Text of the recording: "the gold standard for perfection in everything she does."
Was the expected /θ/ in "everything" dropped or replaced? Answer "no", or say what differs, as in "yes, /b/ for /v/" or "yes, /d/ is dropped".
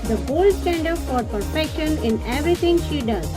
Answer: yes, /t/ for /θ/